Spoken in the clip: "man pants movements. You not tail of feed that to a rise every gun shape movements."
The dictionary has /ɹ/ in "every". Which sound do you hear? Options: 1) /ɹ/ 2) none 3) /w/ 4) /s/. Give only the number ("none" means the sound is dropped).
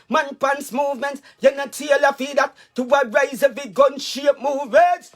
2